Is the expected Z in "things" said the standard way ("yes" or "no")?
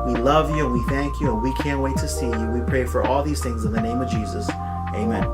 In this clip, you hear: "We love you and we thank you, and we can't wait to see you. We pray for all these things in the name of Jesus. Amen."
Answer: yes